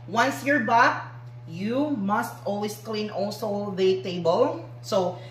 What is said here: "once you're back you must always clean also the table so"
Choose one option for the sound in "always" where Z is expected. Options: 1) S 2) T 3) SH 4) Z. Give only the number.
1